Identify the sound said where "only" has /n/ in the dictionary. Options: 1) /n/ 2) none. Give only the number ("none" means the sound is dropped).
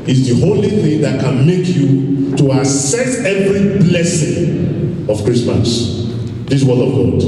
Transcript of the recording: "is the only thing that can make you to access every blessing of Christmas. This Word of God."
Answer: 2